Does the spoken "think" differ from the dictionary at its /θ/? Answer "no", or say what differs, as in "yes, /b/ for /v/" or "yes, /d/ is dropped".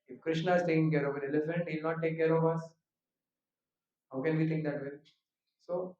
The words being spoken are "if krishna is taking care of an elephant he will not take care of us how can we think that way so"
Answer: yes, /t/ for /θ/